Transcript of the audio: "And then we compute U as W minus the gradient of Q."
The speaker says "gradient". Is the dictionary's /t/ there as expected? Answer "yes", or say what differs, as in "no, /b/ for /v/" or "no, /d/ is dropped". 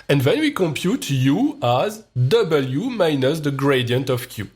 yes